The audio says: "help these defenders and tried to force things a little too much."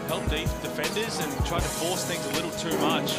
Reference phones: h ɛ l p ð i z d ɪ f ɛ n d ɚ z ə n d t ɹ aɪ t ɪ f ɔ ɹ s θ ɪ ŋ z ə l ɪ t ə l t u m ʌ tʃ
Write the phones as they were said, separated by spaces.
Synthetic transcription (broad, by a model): h ɛ l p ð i d ɪ f ɛ n d ɚ z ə n t ɹ aɪ t ɪ f ɔ ɹ s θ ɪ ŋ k ə l ɪ t l t u m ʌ tʃ